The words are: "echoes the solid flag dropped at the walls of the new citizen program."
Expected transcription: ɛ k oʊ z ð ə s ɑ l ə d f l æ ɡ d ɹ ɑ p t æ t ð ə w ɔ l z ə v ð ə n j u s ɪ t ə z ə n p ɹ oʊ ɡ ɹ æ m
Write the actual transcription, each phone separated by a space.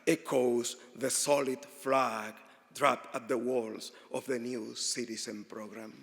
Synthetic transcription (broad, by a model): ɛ k oʊ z ð ə s ɑ l ə d f l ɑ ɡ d ɹ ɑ p ɑ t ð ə w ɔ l s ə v ð ə n j u s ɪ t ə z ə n p ɹ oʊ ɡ ɹ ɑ m